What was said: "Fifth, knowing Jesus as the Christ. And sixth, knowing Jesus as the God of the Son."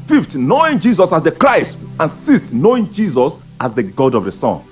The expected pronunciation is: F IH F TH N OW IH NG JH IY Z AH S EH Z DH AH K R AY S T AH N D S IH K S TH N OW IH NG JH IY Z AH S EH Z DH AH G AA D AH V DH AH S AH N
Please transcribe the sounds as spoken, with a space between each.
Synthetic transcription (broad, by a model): F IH F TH N OW IH NG JH IY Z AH S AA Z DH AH K R AY S T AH N S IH S T N OW IH NG JH IY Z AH S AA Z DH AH G AA D AH V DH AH S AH N